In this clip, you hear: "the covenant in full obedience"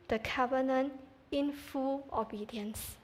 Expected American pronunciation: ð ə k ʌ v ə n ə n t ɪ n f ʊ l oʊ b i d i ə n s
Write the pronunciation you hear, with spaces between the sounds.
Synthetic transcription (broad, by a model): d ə k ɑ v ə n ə n ɪ n f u l oʊ b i d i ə n s